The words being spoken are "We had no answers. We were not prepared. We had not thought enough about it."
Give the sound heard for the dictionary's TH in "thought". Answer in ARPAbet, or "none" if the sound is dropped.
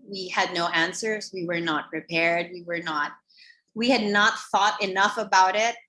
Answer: TH